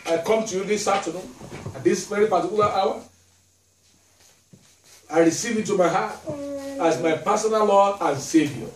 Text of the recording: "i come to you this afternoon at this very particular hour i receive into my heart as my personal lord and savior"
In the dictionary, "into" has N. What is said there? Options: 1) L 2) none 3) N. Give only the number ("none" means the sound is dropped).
2